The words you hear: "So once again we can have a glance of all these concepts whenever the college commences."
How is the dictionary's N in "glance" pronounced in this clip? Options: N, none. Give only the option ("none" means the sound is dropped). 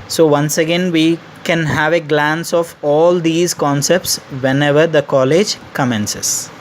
N